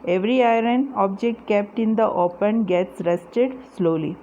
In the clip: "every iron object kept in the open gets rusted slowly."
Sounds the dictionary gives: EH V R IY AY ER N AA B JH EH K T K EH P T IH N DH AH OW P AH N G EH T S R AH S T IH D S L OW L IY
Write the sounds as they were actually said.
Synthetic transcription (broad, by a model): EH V R IY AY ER N AA B JH EH K T K EH P T IH N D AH OW P AH N G EH T S R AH S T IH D S L OW L IY